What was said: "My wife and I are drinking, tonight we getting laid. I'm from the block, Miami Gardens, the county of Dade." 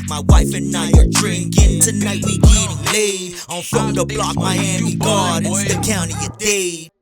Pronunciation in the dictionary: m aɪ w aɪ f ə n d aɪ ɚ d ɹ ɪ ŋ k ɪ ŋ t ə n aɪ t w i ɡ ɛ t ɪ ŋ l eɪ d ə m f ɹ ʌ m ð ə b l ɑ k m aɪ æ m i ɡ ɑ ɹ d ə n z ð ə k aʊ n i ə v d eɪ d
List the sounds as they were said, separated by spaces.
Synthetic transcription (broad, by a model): m aɪ w aɪ f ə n aɪ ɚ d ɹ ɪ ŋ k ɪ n t ə n aɪ t w i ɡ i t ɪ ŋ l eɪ ə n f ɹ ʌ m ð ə b l ɑ k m aɪ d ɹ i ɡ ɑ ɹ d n ð ə k aʊ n i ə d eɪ